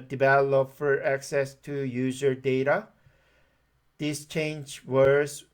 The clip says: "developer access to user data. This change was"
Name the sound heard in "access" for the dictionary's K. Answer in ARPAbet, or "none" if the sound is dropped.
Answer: K